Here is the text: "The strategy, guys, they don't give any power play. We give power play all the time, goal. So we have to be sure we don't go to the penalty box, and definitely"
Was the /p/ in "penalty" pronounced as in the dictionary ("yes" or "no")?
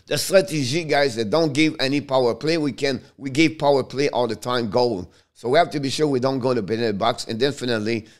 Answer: no